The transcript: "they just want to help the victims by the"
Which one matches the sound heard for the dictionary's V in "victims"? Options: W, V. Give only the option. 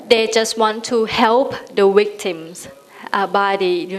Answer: W